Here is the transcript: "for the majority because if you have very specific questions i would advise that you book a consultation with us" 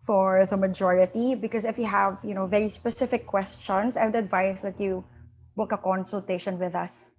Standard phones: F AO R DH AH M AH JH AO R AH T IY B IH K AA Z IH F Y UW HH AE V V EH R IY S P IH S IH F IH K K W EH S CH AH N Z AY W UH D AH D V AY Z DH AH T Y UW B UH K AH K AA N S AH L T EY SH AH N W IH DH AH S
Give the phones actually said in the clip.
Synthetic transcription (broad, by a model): F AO R DH AH M AH JH AO R AH T IY B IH K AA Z IH F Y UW HH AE V V EH R IY S P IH S IH F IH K K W EH S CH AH N S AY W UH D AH D V AY S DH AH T Y UW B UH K AH K AA N S AH L T EY SH AH N W IH DH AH S